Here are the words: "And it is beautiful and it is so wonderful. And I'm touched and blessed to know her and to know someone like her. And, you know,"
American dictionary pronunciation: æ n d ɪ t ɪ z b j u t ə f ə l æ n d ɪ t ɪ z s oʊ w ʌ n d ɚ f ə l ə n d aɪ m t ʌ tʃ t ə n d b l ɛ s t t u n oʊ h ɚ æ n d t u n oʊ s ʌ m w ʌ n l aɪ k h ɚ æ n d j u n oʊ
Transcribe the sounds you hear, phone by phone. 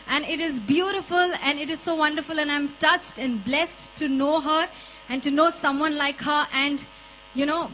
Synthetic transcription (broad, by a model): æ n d ɪ t ɪ z b j u t ə f ə l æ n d ɪ t ɪ z s oʊ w ʌ n d ɚ f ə l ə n aɪ m t ʌ tʃ t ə n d b l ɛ s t t u n oʊ h ɚ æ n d t u n oʊ s ʌ m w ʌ n l aɪ k h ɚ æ n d j u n oʊ